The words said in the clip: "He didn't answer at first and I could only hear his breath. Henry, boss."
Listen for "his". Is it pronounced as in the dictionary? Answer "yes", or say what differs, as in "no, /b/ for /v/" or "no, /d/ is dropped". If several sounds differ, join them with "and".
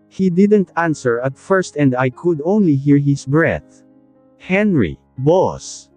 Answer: no, /s/ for /z/